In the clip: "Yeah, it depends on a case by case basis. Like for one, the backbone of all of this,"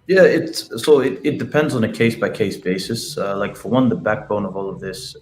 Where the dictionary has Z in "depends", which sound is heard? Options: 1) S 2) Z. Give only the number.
2